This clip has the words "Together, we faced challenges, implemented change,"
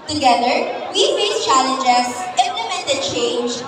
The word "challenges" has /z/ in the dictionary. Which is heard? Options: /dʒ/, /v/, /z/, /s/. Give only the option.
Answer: /s/